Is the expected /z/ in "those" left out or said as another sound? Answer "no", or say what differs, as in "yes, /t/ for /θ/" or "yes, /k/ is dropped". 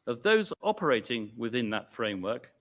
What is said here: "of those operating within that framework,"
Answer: no